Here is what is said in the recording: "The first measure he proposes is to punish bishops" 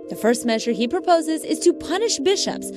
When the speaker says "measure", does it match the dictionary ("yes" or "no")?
yes